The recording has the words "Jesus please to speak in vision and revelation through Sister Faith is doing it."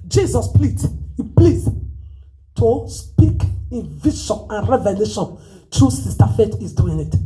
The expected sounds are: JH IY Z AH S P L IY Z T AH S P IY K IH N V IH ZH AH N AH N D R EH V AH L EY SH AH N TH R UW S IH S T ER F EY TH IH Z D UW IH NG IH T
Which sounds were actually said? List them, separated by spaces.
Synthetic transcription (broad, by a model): JH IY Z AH S P L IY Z T AH S P IY K IH N V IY SH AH N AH N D R EH V AH L EY SH AH N T R UW S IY S T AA F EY T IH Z D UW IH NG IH T